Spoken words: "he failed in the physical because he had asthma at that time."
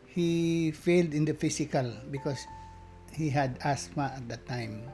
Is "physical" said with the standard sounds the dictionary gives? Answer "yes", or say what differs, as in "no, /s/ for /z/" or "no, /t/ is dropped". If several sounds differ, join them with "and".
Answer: no, /s/ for /z/